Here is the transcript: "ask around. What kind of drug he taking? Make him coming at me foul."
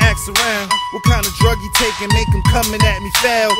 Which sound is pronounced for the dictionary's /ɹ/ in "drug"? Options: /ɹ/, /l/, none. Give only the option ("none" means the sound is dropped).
/ɹ/